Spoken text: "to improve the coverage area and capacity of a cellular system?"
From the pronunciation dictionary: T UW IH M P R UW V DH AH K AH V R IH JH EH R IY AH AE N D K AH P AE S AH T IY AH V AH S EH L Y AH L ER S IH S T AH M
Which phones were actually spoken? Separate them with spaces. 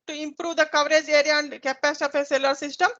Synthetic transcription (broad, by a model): T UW IH M P R UW V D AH K AH V R IH JH EH R IY AH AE N D K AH P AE S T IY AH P AH S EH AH L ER S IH S T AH M